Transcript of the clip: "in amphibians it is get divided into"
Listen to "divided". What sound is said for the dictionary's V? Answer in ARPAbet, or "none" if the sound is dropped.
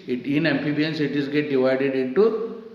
V